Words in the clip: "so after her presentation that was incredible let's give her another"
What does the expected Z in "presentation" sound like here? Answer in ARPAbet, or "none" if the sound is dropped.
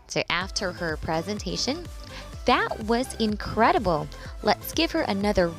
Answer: Z